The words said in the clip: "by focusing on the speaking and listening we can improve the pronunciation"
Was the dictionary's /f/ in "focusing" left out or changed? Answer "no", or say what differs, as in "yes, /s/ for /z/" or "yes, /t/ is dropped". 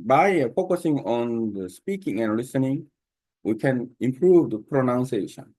no